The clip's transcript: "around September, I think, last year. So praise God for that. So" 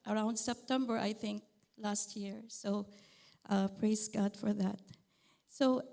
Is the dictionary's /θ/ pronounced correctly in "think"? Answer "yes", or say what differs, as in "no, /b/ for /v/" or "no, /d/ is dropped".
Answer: yes